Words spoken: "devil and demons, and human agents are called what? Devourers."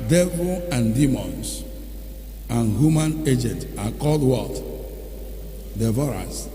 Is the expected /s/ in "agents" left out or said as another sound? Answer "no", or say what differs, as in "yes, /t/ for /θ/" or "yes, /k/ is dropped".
yes, /s/ is dropped